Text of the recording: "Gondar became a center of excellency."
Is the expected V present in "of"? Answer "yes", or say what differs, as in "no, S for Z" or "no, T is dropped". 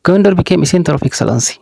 no, F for V